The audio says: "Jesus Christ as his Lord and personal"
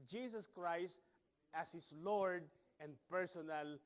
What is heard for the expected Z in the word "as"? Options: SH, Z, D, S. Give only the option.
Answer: S